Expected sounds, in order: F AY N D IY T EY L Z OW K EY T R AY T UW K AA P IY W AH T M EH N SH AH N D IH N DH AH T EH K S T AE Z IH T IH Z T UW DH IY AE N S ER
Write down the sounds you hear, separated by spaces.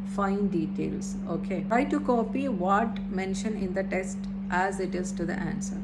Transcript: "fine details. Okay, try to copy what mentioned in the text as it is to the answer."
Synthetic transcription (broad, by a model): F AY N D IY T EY L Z OW K EY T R AY T UW K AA P IY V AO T M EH N SH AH N IH N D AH T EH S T T AE Z IH T IH Z T UW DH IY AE N S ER